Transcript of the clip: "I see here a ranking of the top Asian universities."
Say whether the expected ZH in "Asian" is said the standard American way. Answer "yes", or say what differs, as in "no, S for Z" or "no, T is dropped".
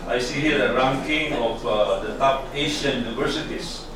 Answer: no, SH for ZH